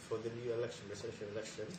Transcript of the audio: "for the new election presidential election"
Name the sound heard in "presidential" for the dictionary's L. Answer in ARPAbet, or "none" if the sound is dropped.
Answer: N